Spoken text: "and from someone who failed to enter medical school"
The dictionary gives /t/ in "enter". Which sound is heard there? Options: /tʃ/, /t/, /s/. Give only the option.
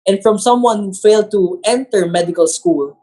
/t/